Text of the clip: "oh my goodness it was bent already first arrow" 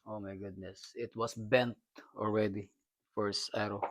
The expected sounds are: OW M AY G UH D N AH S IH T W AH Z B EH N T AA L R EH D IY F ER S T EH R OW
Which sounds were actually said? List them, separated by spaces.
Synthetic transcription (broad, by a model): OW M AY G UH D N AH S IH T W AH S B EH N T AA L R EH D IY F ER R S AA R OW